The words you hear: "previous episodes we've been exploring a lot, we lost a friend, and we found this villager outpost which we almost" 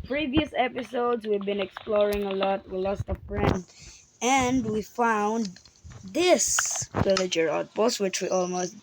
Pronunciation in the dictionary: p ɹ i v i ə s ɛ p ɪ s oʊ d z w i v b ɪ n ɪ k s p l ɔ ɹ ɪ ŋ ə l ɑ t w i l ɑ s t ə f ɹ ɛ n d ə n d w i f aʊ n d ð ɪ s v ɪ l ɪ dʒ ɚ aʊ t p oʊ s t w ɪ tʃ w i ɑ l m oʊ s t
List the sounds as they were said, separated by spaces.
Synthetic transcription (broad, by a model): p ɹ i v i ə s ɛ p ɪ s oʊ d z w i v b ɪ n ɪ k s p l ɔ ɹ ɪ ŋ ə l ɑ t w i l ɑ s t ə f ɹ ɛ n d ə n d w i f aʊ n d ð ɪ s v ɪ l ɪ dʒ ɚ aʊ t b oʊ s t w ɪ tʃ w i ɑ l m oʊ s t